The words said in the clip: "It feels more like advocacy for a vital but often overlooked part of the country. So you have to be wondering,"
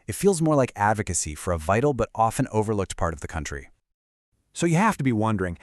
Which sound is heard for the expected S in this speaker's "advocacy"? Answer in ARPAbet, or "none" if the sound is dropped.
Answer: S